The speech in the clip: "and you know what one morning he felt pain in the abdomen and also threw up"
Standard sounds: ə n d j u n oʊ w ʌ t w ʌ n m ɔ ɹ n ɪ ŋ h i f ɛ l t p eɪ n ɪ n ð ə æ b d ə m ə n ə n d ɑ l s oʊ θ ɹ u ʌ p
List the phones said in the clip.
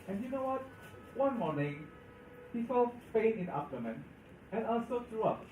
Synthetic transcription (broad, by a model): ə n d j u n oʊ w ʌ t w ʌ n m ɔ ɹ n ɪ ŋ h i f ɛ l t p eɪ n ɪ n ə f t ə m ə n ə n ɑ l s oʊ t ɹ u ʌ p